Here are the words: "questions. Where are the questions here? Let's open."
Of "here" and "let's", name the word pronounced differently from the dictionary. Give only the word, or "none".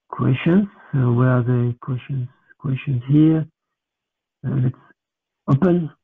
none